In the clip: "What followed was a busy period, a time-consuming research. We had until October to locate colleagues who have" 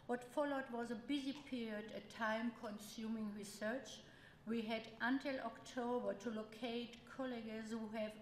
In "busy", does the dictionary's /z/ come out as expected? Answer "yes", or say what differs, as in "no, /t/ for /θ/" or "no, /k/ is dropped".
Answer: yes